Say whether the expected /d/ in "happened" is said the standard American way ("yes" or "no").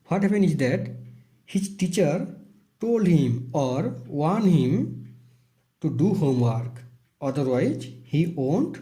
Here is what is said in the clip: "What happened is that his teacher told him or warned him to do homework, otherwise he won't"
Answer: no